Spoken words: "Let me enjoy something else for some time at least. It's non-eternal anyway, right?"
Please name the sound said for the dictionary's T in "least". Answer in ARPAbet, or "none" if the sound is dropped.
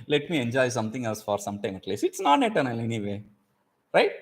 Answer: none